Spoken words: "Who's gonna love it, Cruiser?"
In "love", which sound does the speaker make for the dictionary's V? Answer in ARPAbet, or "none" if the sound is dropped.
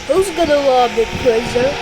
B